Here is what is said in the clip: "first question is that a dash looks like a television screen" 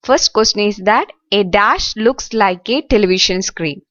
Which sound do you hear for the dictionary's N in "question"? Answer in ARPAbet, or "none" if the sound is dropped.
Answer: none